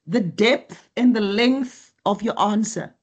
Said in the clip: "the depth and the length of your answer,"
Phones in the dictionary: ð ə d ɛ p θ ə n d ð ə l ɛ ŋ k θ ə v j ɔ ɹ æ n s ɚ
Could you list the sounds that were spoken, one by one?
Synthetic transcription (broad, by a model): ð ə d ɛ p θ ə n ð ə l ɛ ŋ k θ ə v j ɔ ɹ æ n s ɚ